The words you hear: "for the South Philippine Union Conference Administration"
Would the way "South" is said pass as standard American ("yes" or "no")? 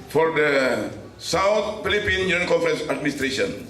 no